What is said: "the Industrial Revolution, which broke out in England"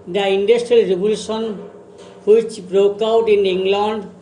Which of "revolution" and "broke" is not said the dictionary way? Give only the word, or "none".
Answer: revolution